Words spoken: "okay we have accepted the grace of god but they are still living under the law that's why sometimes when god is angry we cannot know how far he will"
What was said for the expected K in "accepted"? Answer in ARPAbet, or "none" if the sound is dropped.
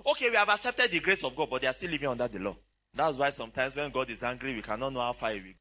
K